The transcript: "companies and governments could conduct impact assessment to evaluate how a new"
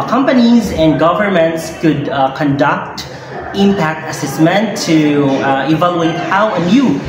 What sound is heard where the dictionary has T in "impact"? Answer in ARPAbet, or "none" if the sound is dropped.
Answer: T